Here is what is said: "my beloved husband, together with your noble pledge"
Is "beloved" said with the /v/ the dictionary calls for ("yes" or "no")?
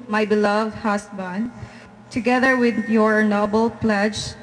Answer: yes